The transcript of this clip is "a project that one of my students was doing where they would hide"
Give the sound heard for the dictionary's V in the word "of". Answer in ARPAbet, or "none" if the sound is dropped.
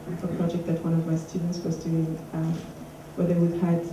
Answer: V